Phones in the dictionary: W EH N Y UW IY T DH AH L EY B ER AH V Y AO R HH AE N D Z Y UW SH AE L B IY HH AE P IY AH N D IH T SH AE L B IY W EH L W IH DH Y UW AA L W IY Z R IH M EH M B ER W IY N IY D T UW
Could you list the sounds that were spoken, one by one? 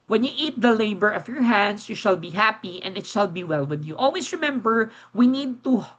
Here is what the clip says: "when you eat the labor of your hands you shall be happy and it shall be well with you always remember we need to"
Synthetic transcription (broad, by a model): W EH N Y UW IY T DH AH L EY B ER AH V Y AO R HH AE N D S Y UW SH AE L B IY HH AE P IY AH N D IH T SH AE L B IY W EH L W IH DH Y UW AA L W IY S R IH M EH M B ER W IY N IY D T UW